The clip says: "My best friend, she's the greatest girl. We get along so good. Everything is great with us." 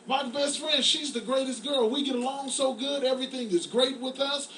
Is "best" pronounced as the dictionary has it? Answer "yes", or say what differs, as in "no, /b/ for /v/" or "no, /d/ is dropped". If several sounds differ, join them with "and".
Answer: yes